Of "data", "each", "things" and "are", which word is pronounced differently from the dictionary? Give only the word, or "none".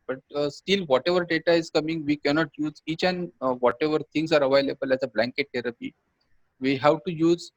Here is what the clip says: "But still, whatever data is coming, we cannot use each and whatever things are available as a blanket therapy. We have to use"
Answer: things